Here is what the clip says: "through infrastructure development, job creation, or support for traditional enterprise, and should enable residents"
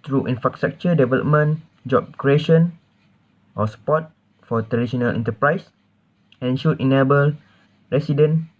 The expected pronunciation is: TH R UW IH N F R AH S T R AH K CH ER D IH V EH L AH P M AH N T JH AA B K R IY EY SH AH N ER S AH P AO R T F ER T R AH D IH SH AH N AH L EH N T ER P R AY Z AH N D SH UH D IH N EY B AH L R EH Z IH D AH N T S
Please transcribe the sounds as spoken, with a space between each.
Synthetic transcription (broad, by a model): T R UW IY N F R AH S T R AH K CH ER D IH V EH L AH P M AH N JH AA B K R IY EY SH AH N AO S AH P AO T F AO T R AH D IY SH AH N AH L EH N T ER P R AY S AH N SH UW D IH N EY B AH L R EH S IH D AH N